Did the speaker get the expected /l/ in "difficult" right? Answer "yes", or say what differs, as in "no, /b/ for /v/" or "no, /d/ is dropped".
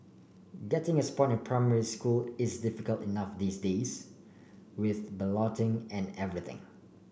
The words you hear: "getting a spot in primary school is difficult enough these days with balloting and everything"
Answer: yes